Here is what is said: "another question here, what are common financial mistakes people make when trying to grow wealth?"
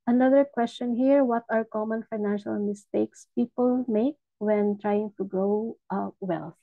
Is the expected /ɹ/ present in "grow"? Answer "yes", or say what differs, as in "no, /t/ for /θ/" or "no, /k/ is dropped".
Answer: yes